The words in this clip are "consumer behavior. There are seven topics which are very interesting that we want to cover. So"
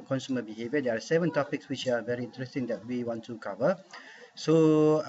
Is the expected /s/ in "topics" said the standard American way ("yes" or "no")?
yes